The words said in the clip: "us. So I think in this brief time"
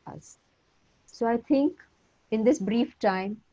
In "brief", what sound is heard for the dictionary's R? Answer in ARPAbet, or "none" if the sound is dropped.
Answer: R